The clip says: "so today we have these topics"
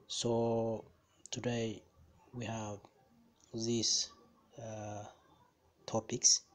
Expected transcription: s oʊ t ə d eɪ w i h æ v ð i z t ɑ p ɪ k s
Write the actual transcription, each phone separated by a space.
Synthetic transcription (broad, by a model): s oʊ t ə d eɪ w i h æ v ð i s t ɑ p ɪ k s